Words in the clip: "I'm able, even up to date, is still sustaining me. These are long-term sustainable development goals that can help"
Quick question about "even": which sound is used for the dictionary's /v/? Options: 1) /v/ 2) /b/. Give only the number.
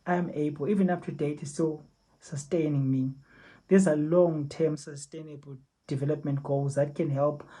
1